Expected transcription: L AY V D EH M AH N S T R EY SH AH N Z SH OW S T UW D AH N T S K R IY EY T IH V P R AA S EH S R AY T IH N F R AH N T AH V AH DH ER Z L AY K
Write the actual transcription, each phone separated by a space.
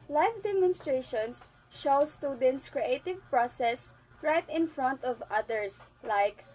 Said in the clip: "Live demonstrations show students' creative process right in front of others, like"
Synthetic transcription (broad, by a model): L AY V D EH M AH N S T R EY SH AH N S SH OW S T UW D AH N T S K R IY EY T IH V P R AA S EH S R AY T IH N F R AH N T AH V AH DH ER S L AY K